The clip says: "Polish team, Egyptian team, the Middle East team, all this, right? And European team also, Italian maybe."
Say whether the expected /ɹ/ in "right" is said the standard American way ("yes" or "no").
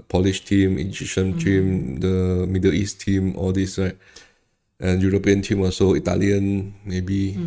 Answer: no